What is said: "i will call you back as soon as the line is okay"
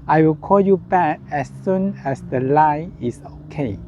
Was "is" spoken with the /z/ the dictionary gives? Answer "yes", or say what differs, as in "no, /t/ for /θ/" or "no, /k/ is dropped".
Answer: no, /s/ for /z/